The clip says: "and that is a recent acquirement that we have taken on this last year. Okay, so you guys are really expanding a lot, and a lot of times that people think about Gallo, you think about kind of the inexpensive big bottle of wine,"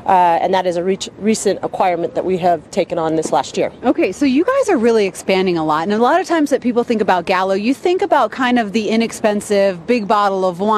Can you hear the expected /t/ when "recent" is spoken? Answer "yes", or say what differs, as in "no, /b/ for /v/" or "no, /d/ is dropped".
yes